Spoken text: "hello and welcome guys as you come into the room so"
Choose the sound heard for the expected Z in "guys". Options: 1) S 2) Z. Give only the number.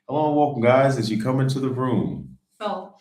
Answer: 2